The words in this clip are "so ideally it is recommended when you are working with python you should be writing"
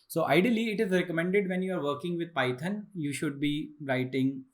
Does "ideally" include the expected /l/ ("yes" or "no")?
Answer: yes